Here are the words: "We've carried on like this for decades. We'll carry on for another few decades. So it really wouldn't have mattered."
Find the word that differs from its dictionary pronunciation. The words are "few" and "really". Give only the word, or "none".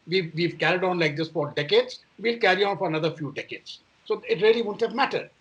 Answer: really